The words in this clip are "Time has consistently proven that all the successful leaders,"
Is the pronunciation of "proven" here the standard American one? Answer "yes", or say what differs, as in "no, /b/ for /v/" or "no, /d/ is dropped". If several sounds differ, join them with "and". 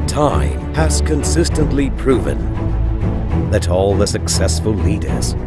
yes